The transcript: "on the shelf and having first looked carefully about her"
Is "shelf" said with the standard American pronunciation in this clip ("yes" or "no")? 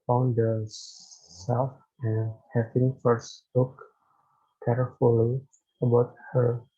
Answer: no